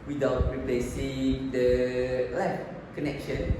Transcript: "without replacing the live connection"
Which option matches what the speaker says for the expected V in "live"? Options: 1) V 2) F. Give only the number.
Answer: 2